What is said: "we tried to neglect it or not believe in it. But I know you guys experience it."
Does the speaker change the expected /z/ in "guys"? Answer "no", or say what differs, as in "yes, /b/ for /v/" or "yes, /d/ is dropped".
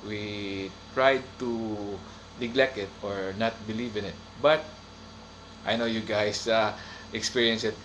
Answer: yes, /s/ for /z/